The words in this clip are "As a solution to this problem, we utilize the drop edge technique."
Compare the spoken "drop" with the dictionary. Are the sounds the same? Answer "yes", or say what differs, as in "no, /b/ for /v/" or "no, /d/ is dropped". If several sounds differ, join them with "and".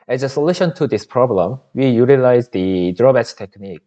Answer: no, /b/ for /p/